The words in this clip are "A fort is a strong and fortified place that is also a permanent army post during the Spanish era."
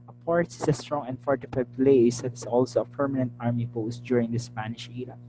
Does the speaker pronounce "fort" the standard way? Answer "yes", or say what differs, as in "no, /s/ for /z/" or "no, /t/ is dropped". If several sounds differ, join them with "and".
no, /p/ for /f/